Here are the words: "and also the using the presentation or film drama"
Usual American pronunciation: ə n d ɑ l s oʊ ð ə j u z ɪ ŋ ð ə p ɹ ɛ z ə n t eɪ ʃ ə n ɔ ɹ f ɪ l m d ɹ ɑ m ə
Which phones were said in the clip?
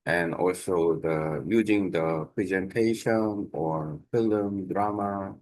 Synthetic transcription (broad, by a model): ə n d ɑ l s oʊ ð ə j u z ɪ ŋ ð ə p ɹ ɛ z ə n t eɪ ʃ ə n ɔ ɹ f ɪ l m d ɹ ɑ m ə